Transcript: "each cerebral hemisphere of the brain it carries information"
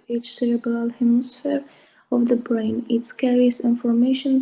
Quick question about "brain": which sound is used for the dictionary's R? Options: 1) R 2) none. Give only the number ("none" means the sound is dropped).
1